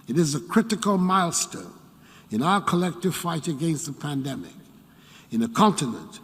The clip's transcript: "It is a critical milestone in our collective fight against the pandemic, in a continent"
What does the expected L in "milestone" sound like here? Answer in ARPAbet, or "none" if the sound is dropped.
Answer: L